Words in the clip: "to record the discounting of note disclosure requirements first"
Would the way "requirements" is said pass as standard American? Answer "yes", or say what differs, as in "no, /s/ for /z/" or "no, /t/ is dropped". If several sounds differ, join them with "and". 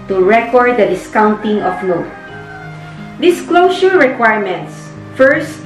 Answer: yes